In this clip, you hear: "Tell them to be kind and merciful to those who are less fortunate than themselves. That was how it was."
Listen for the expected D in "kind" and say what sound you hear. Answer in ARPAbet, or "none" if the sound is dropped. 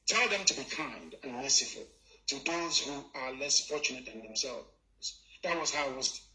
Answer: D